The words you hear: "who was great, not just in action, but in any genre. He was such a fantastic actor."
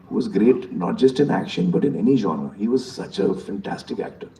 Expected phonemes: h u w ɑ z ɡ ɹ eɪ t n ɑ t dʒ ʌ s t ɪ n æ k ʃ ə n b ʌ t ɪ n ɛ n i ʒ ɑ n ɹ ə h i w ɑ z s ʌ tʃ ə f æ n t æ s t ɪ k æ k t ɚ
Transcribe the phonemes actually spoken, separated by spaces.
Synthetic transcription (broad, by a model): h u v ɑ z ɡ ɹ eɪ t n ɑ t dʒ ʌ s t ɪ n æ k ʃ ə n b ʌ t ɪ n ɛ n i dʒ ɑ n ə h i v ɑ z s ʌ tʃ ə f æ n t æ s t ɪ k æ k t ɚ